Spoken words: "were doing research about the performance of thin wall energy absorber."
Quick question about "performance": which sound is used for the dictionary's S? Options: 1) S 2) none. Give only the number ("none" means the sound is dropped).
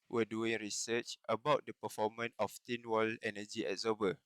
2